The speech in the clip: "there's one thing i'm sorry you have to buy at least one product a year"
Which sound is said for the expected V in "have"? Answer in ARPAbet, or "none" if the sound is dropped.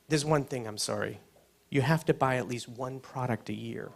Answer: F